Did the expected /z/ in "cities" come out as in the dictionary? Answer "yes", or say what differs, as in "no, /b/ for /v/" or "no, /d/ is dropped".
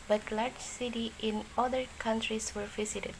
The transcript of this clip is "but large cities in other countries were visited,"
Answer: no, /z/ is dropped